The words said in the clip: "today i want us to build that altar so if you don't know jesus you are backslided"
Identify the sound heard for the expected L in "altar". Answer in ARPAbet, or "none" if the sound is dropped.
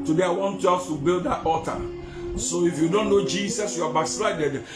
none